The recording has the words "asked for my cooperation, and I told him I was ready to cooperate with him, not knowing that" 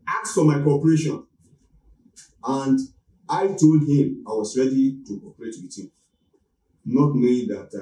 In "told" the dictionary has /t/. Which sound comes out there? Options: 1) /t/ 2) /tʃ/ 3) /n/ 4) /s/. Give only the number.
1